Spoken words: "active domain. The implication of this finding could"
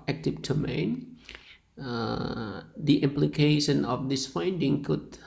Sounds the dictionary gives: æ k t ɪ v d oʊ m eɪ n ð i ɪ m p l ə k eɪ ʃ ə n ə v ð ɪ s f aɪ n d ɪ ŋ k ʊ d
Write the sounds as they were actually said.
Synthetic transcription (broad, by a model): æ k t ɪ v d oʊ m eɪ n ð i ɪ m p l ə k eɪ ʃ ə n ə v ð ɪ s f aɪ n d ɪ ŋ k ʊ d